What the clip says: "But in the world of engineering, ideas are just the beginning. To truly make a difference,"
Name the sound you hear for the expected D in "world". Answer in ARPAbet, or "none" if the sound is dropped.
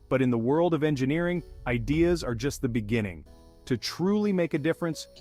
D